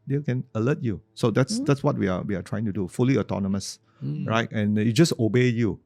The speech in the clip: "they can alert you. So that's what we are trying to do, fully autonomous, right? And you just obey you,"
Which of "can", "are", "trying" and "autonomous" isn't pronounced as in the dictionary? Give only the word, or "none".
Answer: are